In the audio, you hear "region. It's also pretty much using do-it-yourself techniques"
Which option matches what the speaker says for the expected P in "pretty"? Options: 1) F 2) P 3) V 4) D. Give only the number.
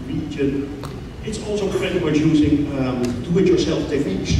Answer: 1